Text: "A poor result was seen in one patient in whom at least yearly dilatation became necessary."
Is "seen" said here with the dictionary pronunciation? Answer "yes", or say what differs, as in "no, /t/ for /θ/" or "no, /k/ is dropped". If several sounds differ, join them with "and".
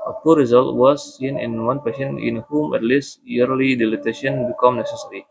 yes